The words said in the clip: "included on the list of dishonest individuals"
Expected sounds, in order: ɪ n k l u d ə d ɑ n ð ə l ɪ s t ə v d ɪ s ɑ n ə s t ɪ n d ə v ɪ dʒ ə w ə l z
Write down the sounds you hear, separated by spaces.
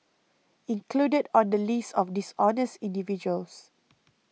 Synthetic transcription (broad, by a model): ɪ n k l u d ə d ɑ n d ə l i s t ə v d ɪ s ɑ n ə s t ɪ n d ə v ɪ dʒ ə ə l s